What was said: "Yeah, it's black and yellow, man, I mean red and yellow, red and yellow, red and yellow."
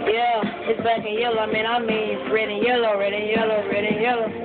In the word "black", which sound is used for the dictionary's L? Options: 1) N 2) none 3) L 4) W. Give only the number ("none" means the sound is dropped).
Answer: 2